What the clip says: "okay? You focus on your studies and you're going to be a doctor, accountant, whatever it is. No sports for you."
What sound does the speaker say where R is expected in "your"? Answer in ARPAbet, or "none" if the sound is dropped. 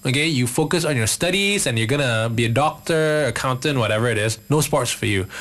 R